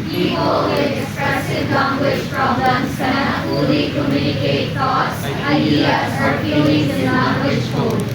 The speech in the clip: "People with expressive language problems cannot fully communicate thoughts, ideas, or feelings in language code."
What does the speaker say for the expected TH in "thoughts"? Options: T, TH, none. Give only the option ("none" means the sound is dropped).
T